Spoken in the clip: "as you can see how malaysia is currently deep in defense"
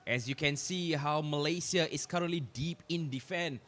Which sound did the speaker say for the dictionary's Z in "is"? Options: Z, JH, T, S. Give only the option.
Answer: S